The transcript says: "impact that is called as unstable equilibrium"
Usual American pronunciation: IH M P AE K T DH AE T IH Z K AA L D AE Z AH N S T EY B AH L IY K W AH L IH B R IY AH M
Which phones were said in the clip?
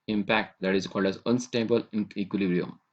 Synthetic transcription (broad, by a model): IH M P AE K T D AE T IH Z K AA L D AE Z AH N S T EY B AH L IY K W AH L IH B R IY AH M